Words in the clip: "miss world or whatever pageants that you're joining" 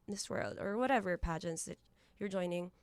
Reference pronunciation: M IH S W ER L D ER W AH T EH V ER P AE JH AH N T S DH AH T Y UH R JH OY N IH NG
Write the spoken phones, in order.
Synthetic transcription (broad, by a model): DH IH S W ER L D ER W AH T EH V ER P AE JH AH N T S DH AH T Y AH R JH OY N IH NG